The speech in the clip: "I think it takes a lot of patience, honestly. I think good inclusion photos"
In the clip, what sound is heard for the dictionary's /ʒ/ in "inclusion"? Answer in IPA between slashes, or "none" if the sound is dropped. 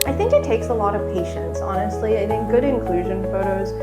/ʒ/